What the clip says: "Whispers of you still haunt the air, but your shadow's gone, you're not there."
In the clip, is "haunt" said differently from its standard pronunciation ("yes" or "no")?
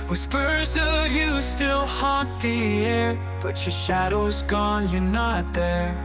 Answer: yes